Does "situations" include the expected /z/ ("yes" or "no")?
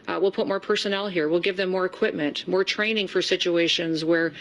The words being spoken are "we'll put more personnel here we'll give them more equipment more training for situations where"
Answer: yes